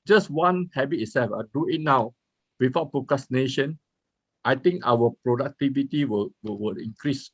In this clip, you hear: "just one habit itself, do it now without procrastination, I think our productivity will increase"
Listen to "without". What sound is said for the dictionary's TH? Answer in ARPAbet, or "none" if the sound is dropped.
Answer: F